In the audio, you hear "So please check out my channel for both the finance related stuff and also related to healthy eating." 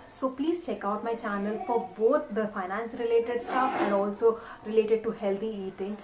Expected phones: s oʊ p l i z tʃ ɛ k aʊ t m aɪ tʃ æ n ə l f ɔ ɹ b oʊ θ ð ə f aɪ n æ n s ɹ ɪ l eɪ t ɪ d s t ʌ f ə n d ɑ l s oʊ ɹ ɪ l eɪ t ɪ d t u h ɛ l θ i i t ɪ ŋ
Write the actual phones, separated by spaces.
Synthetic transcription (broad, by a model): s oʊ p l i z tʃ ɛ k aʊ t m aɪ tʃ æ n ə l f ɔ ɹ b oʊ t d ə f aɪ n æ n s ɹ ɪ l eɪ t ɪ d s t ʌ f ə n d ɑ l s oʊ ɹ ɪ l eɪ t ɪ d t u h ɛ l t i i t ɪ ŋ